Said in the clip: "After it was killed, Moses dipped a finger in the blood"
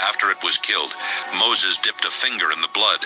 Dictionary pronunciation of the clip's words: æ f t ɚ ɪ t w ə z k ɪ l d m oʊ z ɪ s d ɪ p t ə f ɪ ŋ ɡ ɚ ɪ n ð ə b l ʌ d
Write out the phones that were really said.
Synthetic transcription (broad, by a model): æ f t ɚ ɪ t w ə z k ɪ l d m oʊ z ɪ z d ɪ p t ə f ɪ ŋ ɡ ɚ ɪ n ð ə b l ʌ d